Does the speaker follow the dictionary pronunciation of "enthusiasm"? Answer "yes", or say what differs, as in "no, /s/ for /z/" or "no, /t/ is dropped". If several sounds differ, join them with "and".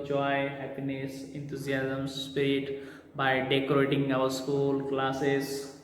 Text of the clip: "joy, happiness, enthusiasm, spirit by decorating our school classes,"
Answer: no, /t/ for /θ/